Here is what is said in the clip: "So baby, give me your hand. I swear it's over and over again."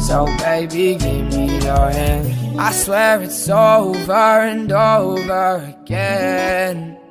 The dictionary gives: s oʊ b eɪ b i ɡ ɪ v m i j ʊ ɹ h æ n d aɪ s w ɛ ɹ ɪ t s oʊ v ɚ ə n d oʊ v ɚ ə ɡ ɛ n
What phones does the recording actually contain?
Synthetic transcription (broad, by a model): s oʊ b eɪ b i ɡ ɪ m m i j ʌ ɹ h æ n aɪ s w ɛ ɹ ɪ t s oʊ v ɚ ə n d oʊ v ɚ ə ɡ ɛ n